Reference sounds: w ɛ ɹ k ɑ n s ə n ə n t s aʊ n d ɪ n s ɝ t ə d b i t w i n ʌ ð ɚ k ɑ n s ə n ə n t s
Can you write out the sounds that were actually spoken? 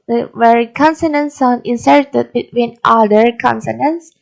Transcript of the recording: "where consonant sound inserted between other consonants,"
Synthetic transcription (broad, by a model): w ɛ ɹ k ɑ n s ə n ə n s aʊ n ɪ n s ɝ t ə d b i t w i n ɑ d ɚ k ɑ n s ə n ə n s